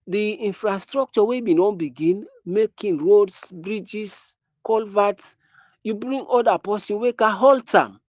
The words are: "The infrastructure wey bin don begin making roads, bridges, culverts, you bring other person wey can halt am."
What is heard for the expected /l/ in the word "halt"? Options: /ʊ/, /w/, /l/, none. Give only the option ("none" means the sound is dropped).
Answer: /l/